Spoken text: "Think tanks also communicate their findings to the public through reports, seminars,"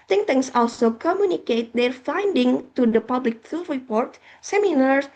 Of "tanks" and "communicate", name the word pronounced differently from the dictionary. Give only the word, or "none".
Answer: tanks